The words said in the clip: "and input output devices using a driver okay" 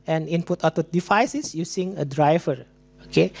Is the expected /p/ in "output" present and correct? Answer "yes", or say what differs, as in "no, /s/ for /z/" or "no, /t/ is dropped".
no, /p/ is dropped